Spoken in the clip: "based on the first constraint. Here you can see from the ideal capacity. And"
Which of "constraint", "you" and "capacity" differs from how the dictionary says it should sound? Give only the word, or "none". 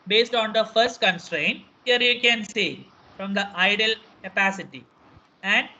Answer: none